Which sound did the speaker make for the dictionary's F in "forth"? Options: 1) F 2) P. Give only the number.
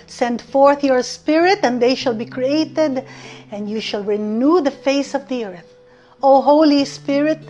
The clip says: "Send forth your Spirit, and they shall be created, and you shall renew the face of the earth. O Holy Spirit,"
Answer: 1